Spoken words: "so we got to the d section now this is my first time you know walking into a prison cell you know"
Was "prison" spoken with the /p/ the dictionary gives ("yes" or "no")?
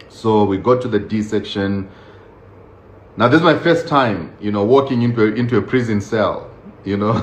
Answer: yes